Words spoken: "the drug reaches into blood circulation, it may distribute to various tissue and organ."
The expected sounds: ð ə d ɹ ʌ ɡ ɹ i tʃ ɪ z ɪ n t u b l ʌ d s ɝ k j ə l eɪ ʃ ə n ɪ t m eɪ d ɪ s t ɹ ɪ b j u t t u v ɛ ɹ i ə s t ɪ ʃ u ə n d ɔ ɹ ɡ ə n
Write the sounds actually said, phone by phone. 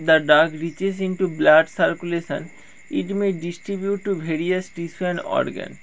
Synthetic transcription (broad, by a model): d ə d ɑ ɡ ɹ i tʃ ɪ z ɪ n t u b l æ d s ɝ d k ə l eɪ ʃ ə n ɪ t m eɪ d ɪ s t ɹ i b j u t t u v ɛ ɹ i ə s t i s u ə n ɔ ɹ ɡ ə n